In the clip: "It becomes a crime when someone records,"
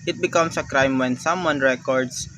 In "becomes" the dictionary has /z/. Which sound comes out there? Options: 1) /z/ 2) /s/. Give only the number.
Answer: 2